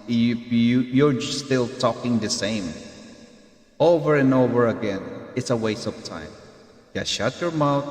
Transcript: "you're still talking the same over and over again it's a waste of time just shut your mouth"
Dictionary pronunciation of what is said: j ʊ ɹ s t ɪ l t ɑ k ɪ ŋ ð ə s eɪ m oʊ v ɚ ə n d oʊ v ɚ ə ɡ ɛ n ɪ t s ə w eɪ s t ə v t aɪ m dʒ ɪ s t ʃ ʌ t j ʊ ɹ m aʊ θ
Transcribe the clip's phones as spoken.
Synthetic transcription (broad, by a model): j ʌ ɹ s t ɪ l t ɑ k ɪ ŋ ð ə s eɪ m oʊ v ɚ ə n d oʊ v ɚ ə ɡ ɛ n ɪ t s ə w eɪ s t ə p t aɪ m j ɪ ʃ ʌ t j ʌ ɹ m aʊ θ